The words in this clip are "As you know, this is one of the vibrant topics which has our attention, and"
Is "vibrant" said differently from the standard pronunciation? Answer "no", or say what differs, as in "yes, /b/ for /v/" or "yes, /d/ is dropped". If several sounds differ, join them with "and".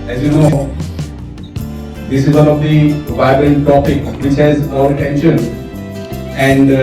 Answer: yes, /ɹ/ is dropped